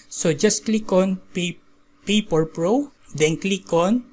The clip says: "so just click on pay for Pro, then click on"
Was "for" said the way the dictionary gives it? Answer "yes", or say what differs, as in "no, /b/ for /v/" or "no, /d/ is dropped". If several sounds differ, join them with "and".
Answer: no, /p/ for /f/